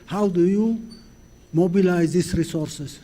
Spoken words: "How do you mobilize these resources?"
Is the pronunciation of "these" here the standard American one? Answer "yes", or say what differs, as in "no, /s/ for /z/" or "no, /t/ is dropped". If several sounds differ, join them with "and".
no, /s/ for /z/